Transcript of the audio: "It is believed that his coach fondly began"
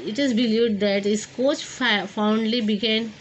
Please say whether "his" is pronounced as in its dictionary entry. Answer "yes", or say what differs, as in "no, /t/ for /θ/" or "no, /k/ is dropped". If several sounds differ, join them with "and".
no, /s/ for /z/